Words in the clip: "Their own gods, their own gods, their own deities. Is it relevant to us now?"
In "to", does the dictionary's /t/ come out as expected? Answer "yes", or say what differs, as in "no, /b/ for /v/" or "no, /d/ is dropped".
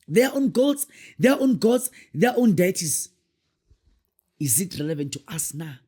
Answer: yes